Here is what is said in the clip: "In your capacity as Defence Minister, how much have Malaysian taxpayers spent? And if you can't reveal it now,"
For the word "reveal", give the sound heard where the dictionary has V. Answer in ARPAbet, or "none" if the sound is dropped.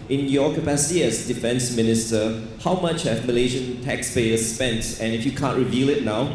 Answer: V